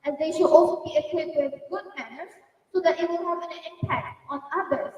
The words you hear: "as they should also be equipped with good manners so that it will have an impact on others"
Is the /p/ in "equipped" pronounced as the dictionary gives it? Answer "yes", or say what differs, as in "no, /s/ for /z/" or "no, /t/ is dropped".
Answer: no, /p/ is dropped